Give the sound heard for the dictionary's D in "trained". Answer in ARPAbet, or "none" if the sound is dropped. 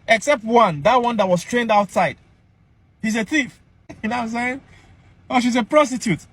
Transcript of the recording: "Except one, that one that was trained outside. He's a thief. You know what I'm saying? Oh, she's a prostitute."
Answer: D